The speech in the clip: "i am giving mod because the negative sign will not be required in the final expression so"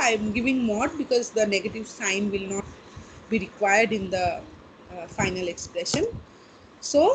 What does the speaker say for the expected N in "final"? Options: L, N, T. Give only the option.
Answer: N